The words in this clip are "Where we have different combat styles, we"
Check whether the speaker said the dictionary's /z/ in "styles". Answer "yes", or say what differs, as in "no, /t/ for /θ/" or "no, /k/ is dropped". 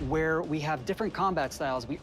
yes